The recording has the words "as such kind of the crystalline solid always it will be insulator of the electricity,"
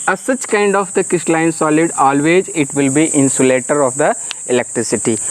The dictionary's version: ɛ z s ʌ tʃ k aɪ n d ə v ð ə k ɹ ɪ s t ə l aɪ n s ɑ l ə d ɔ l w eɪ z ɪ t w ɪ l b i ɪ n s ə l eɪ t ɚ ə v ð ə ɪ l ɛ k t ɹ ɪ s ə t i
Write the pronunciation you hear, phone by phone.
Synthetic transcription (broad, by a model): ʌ s ʌ tʃ k aɪ n d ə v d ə k ɪ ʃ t l aɪ n s ɑ l ə d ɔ l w eɪ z ɪ t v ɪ l b i ɪ n s ə l eɪ t ɚ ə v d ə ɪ l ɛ k t ɹ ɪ s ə t i